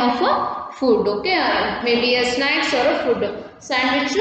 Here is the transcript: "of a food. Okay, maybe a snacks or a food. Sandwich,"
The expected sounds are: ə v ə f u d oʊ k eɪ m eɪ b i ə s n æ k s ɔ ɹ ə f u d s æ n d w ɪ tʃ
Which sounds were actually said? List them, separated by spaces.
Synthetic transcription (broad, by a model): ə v ə f u d oʊ k eɪ m eɪ b i ə s n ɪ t s ɔ ɹ ə f u d s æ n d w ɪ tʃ